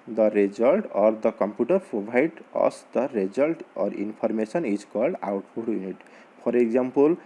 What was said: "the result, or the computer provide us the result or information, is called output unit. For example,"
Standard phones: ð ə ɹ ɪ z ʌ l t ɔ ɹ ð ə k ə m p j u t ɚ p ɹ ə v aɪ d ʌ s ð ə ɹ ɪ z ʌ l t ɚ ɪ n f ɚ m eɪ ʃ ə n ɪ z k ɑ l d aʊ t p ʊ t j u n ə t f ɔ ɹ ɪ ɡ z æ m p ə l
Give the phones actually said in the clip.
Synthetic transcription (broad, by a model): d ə ɹ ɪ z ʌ l t ɔ ɹ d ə k ə m p j u t ɚ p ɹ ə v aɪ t ʌ s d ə ɹ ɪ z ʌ l t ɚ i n p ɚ m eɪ s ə n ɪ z k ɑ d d aʊ t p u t j u n ə t p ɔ ɹ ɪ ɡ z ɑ m p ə l